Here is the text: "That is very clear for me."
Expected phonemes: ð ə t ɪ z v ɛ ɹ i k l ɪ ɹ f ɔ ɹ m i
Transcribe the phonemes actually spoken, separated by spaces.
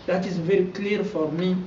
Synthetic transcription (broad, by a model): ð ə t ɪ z v ɛ ɹ i k l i ɹ f ɔ ɹ m i